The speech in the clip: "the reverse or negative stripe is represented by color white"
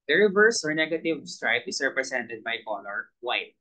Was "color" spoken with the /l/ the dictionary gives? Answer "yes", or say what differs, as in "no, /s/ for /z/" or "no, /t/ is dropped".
no, /n/ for /l/